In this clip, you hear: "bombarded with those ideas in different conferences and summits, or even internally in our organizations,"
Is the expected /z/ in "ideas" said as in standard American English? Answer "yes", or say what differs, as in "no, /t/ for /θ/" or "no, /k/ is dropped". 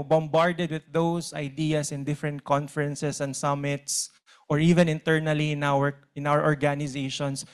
no, /s/ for /z/